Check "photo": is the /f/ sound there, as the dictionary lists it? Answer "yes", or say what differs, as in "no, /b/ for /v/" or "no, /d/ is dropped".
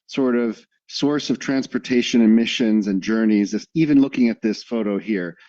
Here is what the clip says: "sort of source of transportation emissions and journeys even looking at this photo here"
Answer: yes